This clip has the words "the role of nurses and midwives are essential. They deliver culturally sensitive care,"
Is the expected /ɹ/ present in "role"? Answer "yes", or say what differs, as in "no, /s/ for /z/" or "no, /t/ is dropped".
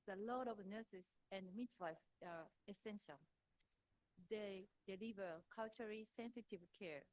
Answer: no, /l/ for /ɹ/